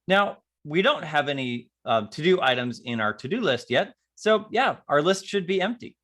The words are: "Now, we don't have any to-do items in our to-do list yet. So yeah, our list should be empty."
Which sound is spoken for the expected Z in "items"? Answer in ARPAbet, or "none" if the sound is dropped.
Z